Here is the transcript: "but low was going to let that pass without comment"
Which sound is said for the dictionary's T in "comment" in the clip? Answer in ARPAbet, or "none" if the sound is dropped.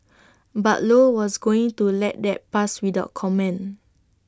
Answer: none